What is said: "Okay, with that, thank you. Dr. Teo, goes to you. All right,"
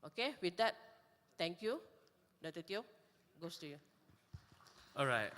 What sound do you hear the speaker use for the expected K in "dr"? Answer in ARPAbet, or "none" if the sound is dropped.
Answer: none